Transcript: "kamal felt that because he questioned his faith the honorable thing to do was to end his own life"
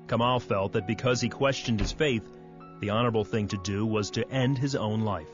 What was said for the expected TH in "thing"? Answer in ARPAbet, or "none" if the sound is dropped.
TH